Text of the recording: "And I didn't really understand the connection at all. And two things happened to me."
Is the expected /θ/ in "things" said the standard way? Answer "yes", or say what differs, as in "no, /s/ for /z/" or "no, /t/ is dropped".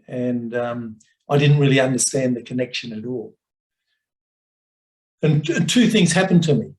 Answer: yes